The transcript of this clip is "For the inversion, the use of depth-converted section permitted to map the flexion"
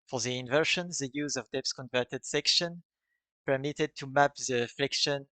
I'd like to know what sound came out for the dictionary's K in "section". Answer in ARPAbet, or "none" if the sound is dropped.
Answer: K